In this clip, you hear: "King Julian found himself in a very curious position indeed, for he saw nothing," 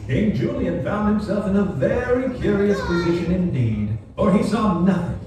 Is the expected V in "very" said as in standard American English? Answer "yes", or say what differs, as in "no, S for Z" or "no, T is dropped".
yes